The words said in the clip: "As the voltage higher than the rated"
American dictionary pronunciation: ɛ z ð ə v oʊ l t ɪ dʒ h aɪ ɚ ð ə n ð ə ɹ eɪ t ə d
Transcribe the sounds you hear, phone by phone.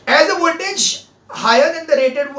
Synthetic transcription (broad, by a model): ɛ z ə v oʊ n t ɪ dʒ h aɪ ɚ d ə n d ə ɹ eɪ t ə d